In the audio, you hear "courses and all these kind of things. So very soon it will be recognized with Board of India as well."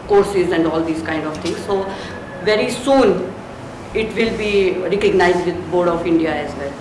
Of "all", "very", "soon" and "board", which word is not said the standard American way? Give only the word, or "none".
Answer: none